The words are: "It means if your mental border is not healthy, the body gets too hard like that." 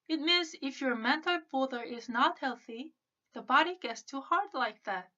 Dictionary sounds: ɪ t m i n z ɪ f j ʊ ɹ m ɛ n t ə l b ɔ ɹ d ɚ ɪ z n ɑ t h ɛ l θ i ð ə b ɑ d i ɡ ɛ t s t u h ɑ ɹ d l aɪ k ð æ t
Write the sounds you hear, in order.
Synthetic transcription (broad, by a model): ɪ t m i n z ɪ f j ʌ ɹ m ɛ n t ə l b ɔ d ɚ ɪ z n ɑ t h ɛ l θ i ð ə b ɑ d i ɡ ɛ t s t u h ɑ ɹ d l aɪ k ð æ t